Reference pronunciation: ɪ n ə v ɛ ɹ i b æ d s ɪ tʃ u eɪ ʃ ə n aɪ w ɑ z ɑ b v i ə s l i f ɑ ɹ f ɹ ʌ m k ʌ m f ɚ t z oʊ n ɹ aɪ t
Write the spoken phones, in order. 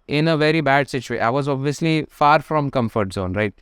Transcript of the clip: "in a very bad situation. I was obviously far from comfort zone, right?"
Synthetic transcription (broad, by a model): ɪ n ə v ɛ ɹ i b æ d s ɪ tʃ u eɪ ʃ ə ɪ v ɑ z ɑ b v i ə s l i f ɑ ɹ f ɹ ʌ m k ʌ m f ɚ t z oʊ n ɹ aɪ t